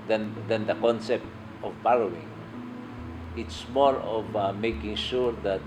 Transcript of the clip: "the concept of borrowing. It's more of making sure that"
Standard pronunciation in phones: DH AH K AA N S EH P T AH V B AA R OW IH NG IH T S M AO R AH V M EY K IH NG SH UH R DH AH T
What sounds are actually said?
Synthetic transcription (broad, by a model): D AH K AA N S EH P T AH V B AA L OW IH NG IH T S M AO R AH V M EY K IH NG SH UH R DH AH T